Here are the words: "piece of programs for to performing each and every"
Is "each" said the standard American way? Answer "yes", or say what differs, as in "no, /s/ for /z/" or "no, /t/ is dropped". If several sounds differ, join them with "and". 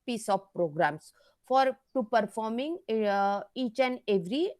yes